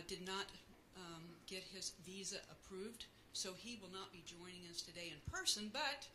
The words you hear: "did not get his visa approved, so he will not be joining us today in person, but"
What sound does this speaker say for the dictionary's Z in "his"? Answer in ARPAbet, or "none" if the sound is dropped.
Z